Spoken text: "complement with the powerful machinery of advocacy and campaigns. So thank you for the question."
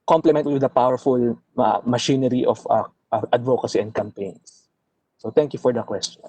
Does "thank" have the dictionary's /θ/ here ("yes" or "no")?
no